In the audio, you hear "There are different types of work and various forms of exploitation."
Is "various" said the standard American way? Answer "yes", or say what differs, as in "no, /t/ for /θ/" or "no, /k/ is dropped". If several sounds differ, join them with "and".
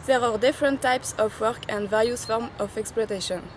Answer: no, /l/ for /ɹ/